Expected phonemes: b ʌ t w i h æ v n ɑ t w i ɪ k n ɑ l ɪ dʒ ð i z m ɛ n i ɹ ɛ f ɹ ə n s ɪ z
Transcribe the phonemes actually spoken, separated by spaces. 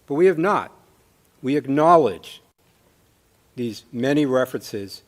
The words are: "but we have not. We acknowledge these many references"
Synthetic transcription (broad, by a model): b ʌ t w i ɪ v n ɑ t w i ɪ k n ɑ l ɪ dʒ ð i z m ɛ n i ɹ ɛ f ɹ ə n s ɪ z